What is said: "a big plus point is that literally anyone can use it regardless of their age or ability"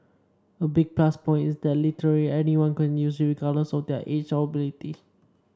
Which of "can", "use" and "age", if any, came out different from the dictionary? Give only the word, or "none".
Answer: age